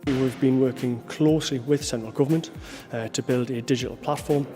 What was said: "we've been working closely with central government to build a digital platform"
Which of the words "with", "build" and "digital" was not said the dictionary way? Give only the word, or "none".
none